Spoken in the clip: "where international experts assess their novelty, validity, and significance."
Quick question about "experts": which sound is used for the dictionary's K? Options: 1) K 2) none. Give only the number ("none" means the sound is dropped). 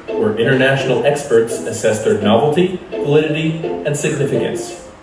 1